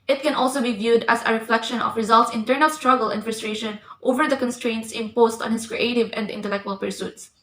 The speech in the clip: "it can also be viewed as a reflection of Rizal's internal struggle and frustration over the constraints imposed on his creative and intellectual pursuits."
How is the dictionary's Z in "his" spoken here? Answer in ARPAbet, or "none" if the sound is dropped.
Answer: S